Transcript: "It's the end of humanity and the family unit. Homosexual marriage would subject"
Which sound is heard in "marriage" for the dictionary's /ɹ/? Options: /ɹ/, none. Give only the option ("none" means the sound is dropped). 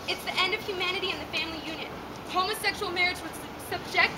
/ɹ/